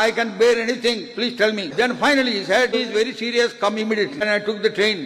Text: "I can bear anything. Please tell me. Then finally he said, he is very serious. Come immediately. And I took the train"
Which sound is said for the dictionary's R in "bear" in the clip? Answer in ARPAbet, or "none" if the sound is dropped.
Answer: R